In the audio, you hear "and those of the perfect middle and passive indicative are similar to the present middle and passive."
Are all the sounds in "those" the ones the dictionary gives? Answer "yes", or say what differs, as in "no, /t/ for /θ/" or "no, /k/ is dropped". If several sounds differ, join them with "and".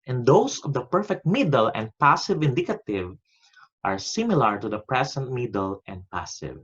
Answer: no, /s/ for /z/